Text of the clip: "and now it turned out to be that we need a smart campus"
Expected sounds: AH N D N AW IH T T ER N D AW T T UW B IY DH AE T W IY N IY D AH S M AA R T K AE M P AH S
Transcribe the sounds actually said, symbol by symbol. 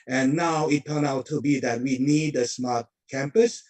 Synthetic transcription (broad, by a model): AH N N AW IH T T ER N AW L T UW B IY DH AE T W IY N IY D AH S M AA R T K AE M P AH S